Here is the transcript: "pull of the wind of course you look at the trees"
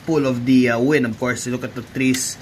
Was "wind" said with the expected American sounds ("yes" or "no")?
no